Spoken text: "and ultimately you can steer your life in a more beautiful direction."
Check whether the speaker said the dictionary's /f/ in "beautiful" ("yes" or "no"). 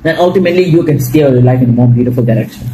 yes